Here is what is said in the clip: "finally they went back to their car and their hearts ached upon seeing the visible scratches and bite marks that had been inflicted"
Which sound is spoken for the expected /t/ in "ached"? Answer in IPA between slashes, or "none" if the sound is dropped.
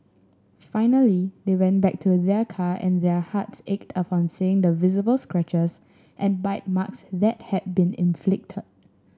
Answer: /t/